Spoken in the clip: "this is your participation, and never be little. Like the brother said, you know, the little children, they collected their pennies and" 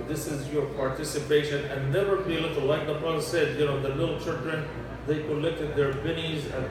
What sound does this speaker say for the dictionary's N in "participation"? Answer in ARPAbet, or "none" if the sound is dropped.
N